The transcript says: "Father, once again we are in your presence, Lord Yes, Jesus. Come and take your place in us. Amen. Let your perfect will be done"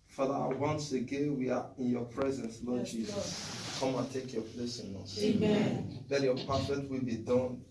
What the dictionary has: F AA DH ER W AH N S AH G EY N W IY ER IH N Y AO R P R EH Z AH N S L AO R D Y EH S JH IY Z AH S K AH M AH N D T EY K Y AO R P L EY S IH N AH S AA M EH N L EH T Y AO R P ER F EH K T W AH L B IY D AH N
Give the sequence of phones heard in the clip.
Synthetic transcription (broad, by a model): F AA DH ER W AH N S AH G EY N W IY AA IH N Y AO P R EH Z AH N S L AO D JH IY Z AH S K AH M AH N T EY K Y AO P L EY S IH N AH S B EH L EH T Y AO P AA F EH T W AH L B IY D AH N